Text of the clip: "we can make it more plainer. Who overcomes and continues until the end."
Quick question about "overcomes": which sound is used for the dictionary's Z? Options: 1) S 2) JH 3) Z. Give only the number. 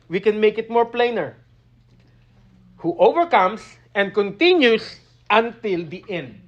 1